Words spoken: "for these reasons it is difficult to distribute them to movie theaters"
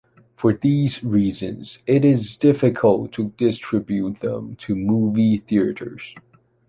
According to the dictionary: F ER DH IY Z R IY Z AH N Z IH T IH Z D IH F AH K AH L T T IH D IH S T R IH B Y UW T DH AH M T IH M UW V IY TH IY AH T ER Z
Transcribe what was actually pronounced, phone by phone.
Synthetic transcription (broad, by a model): F ER DH IY Z R IY Z AH N Z IH T IH Z D IH F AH K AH L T T IH D IH S T R IH B Y UW T DH AH M T IH M UW V IY TH IY AH T ER Z